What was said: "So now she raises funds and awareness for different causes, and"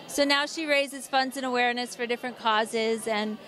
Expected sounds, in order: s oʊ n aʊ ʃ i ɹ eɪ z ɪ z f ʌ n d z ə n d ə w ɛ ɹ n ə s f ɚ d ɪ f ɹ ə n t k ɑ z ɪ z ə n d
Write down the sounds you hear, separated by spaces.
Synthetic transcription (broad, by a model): s oʊ n aʊ ʃ i ɹ eɪ z ɪ z f ʌ n d z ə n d ə w ɛ ɹ n ə s f ɚ d ɪ f ɹ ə n k ɑ z ɪ z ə n